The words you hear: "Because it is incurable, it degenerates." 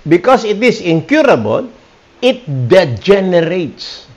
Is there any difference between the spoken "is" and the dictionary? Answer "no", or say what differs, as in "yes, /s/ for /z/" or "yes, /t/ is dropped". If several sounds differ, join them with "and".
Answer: yes, /s/ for /z/